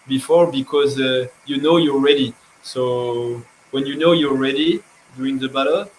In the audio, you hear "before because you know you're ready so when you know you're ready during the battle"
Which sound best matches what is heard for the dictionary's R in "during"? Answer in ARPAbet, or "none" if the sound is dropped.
none